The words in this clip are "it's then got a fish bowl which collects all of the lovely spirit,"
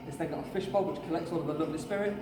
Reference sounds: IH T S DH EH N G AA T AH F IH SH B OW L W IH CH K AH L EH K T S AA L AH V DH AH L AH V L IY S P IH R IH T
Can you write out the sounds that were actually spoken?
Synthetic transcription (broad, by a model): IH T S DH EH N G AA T AH F IH SH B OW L W IH CH K AH L EH K T S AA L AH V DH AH L AH V L IY S P IH R IH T